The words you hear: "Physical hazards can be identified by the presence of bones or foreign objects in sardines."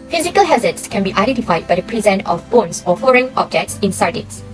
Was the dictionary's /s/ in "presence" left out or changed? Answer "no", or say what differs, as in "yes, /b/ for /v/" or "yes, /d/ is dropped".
yes, /s/ is dropped